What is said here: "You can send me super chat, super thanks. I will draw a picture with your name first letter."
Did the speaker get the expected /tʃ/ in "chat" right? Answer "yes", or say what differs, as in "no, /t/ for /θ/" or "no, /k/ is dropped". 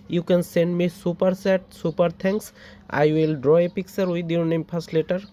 no, /s/ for /tʃ/